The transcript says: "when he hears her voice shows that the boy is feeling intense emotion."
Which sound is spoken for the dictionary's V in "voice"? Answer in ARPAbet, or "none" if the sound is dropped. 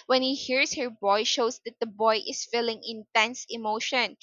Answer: B